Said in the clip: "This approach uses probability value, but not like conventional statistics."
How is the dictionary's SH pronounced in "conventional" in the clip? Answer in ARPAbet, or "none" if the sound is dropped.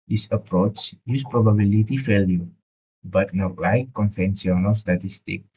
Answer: S